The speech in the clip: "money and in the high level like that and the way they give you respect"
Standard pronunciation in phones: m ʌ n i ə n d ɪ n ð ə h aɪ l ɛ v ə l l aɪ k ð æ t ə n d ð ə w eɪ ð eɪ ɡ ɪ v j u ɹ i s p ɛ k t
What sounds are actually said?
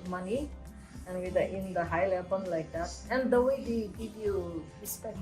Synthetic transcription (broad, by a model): m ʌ n i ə n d ɪ n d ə h aɪ l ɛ b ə n l aɪ k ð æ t ə n d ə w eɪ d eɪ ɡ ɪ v j u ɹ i s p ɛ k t